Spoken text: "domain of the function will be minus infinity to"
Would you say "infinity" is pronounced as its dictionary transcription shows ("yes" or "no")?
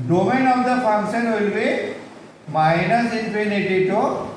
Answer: no